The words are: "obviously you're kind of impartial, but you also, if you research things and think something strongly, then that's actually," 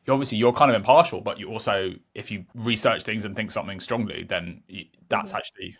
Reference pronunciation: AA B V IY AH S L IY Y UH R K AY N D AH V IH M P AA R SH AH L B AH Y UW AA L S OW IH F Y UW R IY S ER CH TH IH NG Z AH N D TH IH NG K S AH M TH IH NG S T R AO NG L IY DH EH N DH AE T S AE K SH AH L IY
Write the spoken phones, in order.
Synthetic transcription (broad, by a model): AA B V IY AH S L IY Y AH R K AY N D AH V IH M P AA SH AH L B AH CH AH AA L S OW IH F Y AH R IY S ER CH TH IH NG Z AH N TH IH NG K S AH M TH IH NG S T R AO NG L IY DH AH N DH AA T S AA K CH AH L IY